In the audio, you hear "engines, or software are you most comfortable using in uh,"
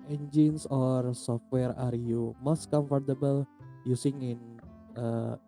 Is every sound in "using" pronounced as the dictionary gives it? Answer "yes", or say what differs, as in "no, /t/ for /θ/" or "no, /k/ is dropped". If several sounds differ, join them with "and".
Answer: no, /s/ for /z/